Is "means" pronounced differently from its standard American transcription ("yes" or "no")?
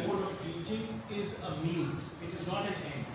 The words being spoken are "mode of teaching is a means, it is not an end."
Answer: yes